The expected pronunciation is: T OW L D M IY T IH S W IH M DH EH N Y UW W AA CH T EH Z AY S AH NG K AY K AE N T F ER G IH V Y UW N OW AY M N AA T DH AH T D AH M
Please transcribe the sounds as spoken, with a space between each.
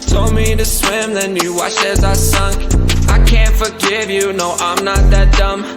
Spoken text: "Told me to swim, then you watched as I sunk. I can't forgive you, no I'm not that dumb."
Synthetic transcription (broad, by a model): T OW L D M IY T IH S W IH M DH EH N Y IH W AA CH EH Z AY S AH NG K AY K AE N T F ER G IH V Y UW N OW AY M N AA T DH AH T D AH M